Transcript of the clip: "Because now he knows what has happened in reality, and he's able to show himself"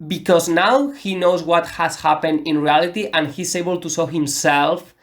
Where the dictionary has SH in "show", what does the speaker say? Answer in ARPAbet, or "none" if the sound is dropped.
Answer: S